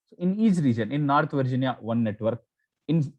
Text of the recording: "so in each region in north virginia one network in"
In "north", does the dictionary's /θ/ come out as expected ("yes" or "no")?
no